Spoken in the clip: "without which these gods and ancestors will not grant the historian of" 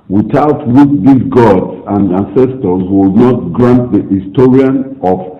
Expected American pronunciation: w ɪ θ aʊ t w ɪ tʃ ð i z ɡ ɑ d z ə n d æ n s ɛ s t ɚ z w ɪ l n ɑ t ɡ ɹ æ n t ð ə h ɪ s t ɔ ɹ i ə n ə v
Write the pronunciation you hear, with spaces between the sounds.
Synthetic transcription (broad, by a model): w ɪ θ aʊ t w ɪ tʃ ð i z ɡ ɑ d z ə n d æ n s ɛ s t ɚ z w ɪ l n ɑ t ɡ ɹ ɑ n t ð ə h ɪ s t ɔ ɹ i ə n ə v